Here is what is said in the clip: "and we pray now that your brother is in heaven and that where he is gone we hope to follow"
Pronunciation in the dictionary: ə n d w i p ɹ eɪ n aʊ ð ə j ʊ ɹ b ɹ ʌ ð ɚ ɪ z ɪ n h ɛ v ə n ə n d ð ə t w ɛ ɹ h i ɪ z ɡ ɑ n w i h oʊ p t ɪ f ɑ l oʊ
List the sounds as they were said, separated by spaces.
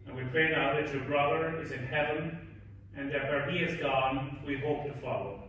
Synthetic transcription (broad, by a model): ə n w i p ɹ eɪ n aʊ ð ə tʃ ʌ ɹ b ɹ ʌ ð ɚ ɪ z ɪ n h ɛ v ə n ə n ð ə t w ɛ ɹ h i ɪ z ɡ ɑ n w i h oʊ p t ɪ f ɑ l oʊ